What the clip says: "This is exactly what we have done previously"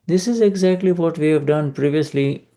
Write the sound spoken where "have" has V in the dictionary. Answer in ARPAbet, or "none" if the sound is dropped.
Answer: V